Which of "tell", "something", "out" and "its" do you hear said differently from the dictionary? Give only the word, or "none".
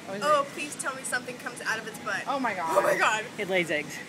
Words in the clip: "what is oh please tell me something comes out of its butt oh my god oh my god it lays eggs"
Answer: none